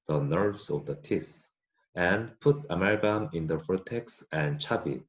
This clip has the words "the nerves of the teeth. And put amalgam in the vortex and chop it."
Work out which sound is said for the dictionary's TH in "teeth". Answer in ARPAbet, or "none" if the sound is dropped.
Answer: S